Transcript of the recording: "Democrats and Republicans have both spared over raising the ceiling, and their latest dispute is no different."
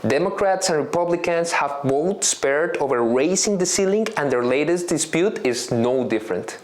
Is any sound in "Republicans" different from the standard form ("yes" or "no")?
yes